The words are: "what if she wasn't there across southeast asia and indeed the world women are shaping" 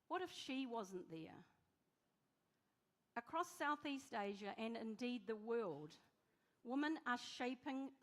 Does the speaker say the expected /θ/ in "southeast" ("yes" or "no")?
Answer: yes